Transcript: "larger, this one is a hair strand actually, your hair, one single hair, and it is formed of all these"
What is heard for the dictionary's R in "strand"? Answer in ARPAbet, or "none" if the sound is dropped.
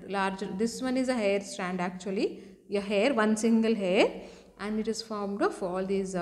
R